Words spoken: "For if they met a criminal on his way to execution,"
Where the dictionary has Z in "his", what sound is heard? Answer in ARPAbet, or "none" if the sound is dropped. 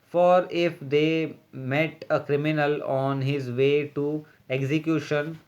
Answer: Z